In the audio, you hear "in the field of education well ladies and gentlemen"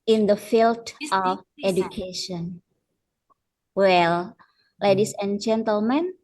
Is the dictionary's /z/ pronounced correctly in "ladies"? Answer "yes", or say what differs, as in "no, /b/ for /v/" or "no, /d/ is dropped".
no, /s/ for /z/